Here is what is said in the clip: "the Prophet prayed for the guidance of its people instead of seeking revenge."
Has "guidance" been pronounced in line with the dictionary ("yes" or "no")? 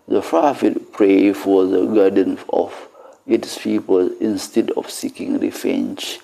no